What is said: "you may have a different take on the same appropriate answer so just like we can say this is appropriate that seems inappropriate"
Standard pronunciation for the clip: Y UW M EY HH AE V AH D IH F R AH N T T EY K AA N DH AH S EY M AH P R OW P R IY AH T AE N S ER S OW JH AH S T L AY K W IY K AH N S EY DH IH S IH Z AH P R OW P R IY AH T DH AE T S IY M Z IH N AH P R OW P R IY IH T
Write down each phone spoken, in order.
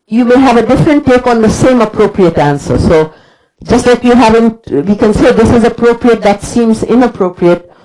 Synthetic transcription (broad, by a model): Y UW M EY HH AE V AH D IH F R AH N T T EY K AA N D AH S EY M AH P R OW P R IY AH T AE N S ER S OW JH AH S T L AY K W IY K AH N S EY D IH S IH Z AH P R OW P R IY AH T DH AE T S IY M Z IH N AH P R OW P R IY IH T